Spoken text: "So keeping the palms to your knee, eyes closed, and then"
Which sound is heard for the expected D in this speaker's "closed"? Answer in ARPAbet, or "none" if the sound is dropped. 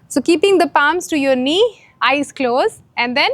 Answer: none